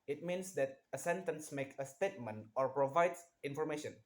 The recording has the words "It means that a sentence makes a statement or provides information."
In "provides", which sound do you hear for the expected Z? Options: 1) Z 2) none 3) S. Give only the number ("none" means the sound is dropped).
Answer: 3